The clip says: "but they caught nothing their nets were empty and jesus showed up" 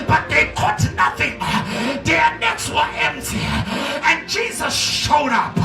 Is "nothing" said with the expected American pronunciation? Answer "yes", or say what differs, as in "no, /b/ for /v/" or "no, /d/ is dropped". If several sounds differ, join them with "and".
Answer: yes